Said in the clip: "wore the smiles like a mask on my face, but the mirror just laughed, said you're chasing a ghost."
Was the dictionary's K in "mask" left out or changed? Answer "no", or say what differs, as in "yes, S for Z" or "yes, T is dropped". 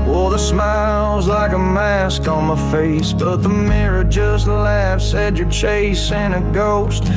no